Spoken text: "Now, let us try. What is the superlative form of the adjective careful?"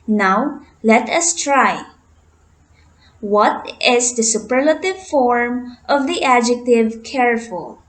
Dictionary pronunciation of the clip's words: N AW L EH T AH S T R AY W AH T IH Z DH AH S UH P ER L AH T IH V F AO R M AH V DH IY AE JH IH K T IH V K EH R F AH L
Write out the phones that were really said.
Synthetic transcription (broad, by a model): N AW L EH T AH S T R AY W AH T IH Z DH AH S UH P ER L AH T IH V F AO R M AH V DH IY AE JH IH K T IH V K EH R F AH L